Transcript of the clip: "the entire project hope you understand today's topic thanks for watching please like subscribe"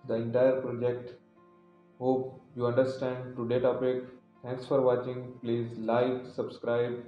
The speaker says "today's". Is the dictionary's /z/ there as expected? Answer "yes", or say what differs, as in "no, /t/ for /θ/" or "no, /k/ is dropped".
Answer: no, /z/ is dropped